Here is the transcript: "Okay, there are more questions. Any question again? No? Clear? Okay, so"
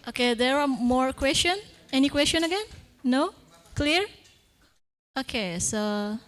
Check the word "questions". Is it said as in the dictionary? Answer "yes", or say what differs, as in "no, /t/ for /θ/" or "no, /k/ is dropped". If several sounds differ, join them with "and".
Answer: no, /z/ is dropped